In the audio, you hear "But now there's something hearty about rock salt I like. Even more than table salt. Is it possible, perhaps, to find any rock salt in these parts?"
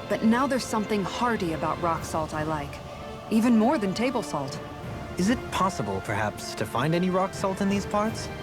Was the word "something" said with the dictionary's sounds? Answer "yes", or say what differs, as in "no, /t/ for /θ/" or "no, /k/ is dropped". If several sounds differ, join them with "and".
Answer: yes